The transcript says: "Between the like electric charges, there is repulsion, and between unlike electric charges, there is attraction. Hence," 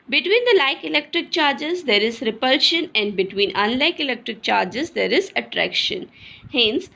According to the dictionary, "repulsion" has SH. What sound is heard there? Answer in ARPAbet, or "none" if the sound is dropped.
SH